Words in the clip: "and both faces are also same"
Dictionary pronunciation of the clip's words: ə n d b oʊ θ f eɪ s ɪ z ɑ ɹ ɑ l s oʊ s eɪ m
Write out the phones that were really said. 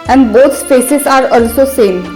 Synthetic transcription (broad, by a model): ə n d b oʊ s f eɪ s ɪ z ɑ ɹ ɑ l s oʊ s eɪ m